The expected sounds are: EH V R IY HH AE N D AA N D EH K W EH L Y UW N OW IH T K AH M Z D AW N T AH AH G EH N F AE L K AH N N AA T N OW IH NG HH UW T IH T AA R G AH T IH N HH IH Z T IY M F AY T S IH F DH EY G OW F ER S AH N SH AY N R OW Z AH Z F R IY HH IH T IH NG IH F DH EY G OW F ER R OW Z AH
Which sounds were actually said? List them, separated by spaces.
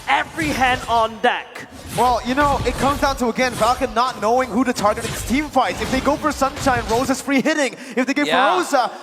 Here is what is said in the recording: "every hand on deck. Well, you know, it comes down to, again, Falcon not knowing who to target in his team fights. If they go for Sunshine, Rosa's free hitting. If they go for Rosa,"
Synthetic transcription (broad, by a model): EH V R IY HH AE N D N D EH K W EH L Y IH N OW IH T K AH M Z D AW N T AH AH G EH N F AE L K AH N N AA T N OW IH NG HH UW T IH T AA R G AH T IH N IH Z T IY M F AY T S IH F DH EY G OW F ER S AH N SH AY N R OW Z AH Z F R IY HH IH T IH NG IH F DH EY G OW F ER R OW Z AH